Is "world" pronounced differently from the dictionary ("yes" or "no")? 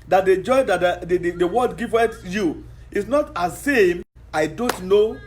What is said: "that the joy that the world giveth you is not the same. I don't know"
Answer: yes